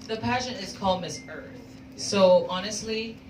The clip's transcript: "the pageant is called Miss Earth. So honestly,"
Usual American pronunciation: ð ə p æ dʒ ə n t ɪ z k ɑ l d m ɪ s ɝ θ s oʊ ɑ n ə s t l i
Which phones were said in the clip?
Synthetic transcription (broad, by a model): ð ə p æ ʃ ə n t ɪ z k ɑ l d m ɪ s ɝ θ s oʊ ɑ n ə s t l i